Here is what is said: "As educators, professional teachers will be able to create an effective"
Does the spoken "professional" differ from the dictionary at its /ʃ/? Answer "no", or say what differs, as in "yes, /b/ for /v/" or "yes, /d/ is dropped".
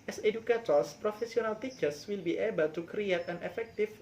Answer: yes, /s/ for /ʃ/